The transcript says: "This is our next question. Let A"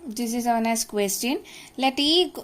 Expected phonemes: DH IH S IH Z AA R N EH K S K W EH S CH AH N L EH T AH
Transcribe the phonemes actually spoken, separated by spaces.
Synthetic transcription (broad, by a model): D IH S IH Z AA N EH S K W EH S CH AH N L EH T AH